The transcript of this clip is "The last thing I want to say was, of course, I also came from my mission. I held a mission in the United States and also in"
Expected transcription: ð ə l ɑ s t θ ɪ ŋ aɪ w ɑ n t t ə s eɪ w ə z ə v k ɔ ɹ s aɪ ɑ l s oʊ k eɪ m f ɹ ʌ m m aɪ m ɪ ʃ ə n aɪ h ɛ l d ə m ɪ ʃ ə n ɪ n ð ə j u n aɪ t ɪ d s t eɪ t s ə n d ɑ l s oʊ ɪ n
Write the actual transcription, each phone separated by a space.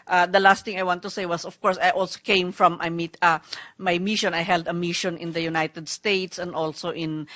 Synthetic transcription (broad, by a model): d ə l ɑ s t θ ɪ ŋ aɪ w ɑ n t t ə s eɪ w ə s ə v k ɔ ɹ s aɪ ɑ l s oʊ k eɪ m f ɹ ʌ m m aɪ m ɪ ʃ ə n aɪ h ɛ l d ə m ɪ ʃ ə n ɪ n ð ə j u n aɪ t ɪ d s t eɪ t s ə n d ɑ l s oʊ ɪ n